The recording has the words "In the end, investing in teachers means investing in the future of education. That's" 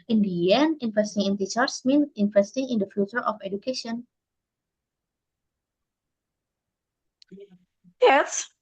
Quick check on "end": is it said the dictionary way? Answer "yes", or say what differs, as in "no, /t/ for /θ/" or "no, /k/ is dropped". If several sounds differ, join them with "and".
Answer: no, /d/ is dropped